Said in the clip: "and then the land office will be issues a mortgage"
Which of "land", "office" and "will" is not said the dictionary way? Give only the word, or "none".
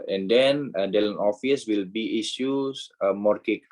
land